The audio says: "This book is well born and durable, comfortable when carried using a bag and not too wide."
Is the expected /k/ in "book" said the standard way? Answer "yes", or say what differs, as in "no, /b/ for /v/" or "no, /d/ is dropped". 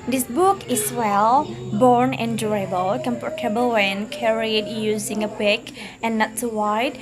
yes